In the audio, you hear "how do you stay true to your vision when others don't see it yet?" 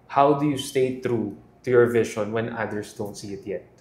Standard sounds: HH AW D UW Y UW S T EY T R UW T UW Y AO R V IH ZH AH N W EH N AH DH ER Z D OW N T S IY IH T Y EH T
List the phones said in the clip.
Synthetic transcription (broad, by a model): HH AW D UW Y UW S T EY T R UW T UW Y AO R V IH SH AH N W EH N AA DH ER S D OW N T S IY IH T Y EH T